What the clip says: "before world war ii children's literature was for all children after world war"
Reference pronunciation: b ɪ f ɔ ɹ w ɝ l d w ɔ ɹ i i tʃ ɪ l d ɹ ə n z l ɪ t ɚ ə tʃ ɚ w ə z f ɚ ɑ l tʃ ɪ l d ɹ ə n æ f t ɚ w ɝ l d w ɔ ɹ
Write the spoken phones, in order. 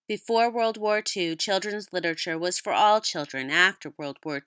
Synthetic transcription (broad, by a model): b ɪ f ɔ ɹ w ɝ l d w ɔ ɹ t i tʃ ɪ l d ɹ ə n z l ɪ t ɚ ə tʃ ɚ w ə z f ɚ ɑ l tʃ ɪ l d ɹ ə n æ f t ɚ w ɝ l d w ɔ ɹ